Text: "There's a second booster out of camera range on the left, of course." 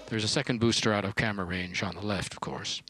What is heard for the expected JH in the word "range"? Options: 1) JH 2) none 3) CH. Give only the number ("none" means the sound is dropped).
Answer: 1